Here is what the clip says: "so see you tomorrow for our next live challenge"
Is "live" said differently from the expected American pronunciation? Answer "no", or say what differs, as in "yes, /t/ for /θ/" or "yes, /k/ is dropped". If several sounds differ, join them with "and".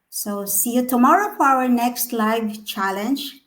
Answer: no